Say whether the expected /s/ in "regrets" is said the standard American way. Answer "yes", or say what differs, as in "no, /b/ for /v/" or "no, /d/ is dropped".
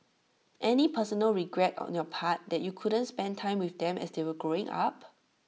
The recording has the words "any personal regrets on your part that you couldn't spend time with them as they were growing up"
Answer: no, /s/ is dropped